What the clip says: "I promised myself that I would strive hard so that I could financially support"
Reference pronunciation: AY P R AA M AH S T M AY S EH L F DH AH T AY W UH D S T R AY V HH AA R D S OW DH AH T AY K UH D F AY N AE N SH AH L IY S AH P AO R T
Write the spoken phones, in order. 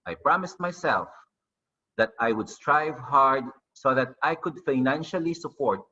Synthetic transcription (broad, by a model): AY P R AA M AH S T M AY S EH L F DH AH T AY W UH D S T R AY V HH AA R D S OW DH AH T AY K UH D F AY N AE N SH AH L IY S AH P AO R T